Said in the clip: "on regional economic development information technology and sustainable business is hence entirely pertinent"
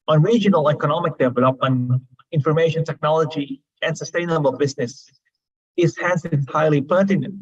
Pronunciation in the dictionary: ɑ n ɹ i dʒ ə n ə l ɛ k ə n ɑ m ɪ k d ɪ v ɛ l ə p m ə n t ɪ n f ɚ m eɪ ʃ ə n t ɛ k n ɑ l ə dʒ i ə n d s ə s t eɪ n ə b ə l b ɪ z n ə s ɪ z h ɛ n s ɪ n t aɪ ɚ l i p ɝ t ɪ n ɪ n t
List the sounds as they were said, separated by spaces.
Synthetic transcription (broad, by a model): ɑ n ɹ i dʒ ə n ə l ɛ k ə n ɑ m ɪ k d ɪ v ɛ l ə p m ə n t ɪ n f ɚ m eɪ ʃ ə n t ɛ k n ɑ l ə dʒ i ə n s ə s t eɪ n ə b ə l b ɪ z n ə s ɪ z h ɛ n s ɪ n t aɪ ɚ l i p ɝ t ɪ n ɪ n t